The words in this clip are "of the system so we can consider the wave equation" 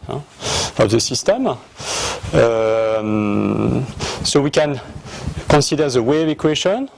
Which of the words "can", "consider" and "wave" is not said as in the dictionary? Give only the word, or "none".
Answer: consider